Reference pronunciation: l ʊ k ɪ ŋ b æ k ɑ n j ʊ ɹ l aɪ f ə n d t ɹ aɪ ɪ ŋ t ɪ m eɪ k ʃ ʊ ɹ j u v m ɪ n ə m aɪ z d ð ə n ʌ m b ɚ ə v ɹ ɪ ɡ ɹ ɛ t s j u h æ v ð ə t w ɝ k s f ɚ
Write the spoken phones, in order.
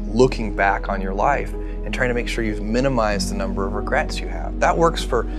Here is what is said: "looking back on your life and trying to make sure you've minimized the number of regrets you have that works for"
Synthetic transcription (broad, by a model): l ʊ k ɪ ŋ b æ k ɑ n j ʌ ɹ l aɪ f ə n t ɹ aɪ ɪ ŋ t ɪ m eɪ k ʃ ʊ ɹ j u v m ɪ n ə m aɪ z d ð ə n ʌ m b ɚ ə v ɹ ɪ ɡ ɹ ɛ t s j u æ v ð ə t w ɝ k s f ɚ